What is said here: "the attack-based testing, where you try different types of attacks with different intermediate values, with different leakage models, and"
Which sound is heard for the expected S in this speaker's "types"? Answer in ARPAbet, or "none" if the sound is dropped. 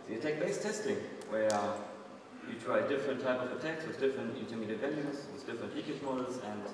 none